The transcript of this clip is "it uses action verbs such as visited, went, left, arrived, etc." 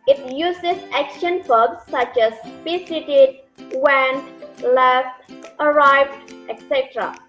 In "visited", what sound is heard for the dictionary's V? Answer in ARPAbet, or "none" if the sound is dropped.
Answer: P